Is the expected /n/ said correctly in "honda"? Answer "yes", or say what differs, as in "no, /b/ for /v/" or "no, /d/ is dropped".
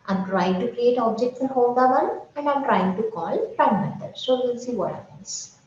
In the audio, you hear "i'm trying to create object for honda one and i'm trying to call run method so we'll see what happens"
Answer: no, /l/ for /n/